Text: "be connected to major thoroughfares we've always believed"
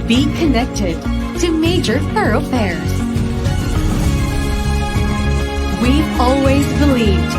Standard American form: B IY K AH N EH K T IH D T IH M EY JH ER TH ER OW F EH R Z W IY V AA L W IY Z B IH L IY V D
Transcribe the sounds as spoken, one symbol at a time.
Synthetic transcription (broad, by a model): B IY K AH N EH K T IH D T IH M EY JH ER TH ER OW F EH R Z W IY AA L W IY Z B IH L IY V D